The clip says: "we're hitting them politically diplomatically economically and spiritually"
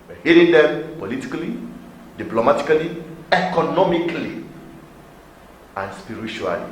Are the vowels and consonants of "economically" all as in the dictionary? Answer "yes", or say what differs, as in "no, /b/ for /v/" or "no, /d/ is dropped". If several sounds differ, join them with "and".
yes